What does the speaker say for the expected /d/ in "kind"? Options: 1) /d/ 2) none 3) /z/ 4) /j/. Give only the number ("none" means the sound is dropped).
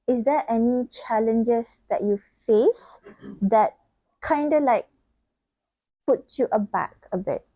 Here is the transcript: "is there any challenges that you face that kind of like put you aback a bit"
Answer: 1